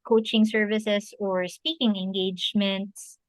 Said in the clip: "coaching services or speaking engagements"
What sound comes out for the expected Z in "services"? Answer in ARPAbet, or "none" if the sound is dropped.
S